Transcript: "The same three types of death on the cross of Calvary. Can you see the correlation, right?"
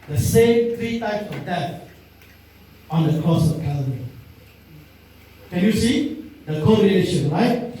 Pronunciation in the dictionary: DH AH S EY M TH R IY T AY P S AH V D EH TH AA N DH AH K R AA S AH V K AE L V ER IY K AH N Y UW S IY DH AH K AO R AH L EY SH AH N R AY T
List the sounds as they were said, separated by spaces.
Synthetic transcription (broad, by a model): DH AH S EY M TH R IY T AY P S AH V D EH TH AA N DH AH K R AA S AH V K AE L ER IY K AH N Y UW S IY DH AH K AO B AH N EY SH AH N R AY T